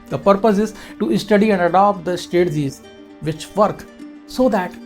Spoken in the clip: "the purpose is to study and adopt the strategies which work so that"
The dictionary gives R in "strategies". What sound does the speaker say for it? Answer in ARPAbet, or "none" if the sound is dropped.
none